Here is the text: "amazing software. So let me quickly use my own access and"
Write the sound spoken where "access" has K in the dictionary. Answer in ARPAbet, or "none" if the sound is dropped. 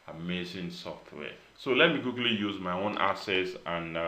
none